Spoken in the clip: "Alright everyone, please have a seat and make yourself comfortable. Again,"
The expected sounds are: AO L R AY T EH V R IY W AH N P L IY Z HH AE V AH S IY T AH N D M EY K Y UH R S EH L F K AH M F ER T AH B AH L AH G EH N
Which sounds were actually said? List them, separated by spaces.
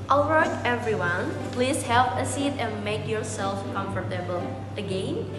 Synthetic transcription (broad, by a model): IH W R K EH V R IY W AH N P L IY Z HH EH P AH S IY T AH N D M EY K Y UH R S EH L F K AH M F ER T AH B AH L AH G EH N